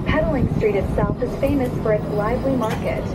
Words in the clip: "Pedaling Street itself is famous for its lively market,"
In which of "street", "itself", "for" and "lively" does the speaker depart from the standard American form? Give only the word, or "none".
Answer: none